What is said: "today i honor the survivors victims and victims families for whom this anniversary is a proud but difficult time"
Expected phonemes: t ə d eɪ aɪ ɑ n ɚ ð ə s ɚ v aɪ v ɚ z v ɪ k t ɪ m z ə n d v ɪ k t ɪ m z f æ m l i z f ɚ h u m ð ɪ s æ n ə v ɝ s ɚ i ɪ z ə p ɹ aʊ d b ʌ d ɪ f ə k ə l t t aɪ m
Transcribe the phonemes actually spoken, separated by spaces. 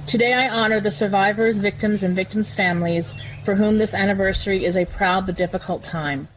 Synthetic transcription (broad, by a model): t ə d eɪ aɪ ɑ n ɚ ð ə s ɚ v aɪ v ɚ z v ɪ k t ɪ m z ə n v ɪ k t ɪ m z f æ m l i z f ɚ h u m ð ɪ s æ n ə v ɝ s ɚ i ɪ z ə p ɹ aʊ d b ʌ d ɪ f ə k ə l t t aɪ m